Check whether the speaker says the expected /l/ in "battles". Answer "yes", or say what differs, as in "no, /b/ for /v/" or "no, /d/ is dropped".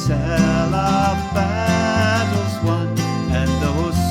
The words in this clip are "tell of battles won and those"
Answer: no, /l/ is dropped